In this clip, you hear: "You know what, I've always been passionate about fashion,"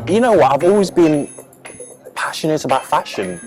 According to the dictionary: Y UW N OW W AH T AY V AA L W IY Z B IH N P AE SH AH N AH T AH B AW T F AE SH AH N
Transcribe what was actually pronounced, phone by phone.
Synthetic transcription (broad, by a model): Y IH N OW W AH T AY V AA L W IY Z B IH N P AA SH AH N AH T AH B AW T F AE SH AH N